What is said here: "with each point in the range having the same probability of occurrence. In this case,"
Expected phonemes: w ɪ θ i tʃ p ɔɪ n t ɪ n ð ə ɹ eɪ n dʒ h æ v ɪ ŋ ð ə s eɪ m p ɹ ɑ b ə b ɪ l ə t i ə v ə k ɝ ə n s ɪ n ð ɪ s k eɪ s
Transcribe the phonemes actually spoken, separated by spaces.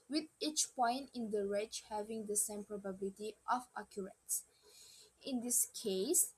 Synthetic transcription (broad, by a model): w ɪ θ i tʃ p ɔɪ n t ɪ n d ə ɹ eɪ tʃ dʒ h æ v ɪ ŋ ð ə s eɪ m p ɹ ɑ b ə b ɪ l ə t i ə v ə k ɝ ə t s ɪ n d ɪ s k eɪ s